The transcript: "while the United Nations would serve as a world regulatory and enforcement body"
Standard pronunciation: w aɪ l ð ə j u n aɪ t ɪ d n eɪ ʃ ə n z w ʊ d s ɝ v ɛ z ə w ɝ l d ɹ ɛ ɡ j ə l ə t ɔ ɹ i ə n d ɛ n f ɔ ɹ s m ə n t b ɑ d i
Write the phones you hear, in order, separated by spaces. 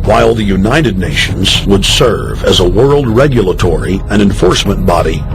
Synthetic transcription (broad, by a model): w aɪ l ð ə j u n aɪ t ɪ d n eɪ ʃ ə n z w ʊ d s ɝ v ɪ z ə w ɝ l d ɹ ɛ ɡ j ə l ə t ɔ ɹ i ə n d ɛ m f ɔ ɹ s m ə n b ɑ d i